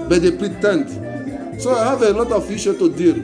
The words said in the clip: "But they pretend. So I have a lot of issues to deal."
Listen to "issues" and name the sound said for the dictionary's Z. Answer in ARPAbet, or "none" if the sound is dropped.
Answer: none